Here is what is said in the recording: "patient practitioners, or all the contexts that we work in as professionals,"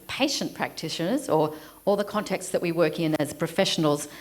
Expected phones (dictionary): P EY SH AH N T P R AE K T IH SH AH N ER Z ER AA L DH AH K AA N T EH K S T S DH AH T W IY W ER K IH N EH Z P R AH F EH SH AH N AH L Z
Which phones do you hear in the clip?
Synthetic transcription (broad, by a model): P EY SH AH N P R AE K T IH SH AH N ER Z ER AA L DH AH K AA N T EH K T S DH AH T W IY W ER K IH N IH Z P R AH F EH SH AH N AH L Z